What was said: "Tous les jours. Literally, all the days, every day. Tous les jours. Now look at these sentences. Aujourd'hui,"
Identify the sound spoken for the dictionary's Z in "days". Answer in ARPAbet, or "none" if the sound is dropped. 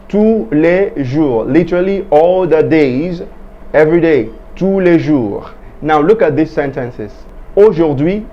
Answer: Z